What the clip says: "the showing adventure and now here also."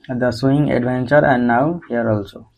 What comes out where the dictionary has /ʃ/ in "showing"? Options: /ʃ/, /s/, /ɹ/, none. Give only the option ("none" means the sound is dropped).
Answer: /s/